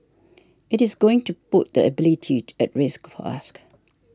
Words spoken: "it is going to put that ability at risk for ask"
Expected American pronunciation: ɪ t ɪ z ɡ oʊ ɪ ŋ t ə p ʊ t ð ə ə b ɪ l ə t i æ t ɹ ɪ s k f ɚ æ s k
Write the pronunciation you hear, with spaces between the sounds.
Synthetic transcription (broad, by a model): ɪ t ɪ z ɡ oʊ ɪ ŋ t ə p ʊ t ð ə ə b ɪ l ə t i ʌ t ɹ ɪ s k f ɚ s k